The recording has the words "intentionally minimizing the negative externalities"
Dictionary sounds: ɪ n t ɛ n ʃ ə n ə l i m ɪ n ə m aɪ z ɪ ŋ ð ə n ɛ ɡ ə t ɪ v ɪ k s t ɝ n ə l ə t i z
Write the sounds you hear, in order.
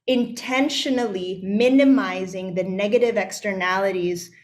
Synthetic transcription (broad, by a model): ɪ n t ɛ n ʃ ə n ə l i m ɪ n ə m aɪ z ɪ ŋ ð ə n ɛ ɡ ə t ɪ v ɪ k s t ɝ n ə l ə t i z